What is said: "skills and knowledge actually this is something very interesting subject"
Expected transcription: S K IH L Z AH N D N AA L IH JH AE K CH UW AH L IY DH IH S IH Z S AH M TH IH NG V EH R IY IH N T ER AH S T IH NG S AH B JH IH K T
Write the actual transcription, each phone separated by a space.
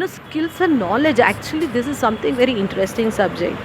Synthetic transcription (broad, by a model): S K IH L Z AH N N AA L IH JH AE K CH UW AH L IY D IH S IH Z S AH M T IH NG V EH R IY IH N T ER AH S T IH NG S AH B JH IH K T